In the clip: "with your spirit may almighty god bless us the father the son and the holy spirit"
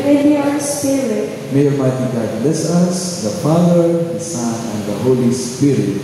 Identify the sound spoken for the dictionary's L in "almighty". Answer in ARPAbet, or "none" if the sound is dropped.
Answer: none